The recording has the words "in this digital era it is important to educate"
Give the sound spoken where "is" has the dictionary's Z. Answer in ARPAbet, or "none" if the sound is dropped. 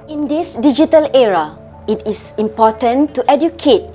S